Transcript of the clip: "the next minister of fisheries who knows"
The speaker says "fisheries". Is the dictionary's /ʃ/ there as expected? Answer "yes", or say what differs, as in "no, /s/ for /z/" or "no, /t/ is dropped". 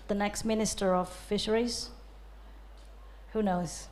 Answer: yes